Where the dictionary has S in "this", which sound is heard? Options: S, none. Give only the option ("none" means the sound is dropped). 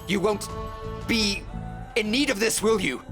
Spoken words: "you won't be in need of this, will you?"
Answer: S